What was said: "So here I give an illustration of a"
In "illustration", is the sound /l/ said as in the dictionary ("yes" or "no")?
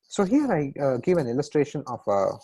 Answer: yes